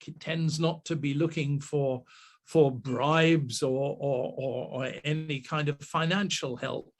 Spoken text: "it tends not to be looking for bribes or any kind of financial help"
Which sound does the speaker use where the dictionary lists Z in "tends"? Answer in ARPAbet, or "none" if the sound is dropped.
Z